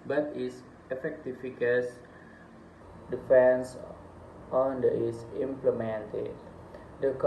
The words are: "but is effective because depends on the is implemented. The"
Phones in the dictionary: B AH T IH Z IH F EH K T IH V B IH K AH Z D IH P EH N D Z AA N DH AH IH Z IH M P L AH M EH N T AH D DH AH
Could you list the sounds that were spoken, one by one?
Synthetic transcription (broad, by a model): B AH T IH S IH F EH K T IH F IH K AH S D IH F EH N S AA N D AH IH S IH M P L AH M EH N T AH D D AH